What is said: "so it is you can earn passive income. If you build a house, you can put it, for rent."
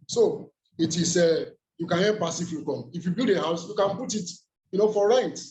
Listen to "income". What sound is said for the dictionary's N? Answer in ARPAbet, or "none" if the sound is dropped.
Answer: none